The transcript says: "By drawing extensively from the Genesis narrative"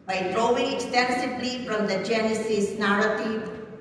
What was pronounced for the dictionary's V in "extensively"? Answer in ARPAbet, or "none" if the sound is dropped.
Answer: P